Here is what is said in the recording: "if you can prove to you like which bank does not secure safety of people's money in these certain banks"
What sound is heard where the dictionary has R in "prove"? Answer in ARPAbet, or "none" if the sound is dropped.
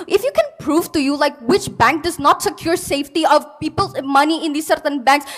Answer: R